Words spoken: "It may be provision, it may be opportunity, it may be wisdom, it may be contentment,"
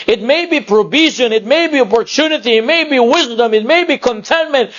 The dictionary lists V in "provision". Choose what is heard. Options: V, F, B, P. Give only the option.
B